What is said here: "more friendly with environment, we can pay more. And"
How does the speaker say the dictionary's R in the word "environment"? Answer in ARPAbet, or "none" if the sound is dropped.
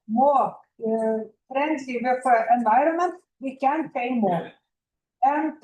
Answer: R